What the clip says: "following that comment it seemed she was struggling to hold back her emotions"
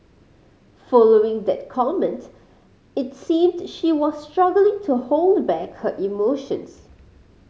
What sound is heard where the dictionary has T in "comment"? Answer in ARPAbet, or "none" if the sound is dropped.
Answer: T